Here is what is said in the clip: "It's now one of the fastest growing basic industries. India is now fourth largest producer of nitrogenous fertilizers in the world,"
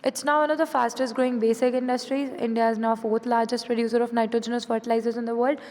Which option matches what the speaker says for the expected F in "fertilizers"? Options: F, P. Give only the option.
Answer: F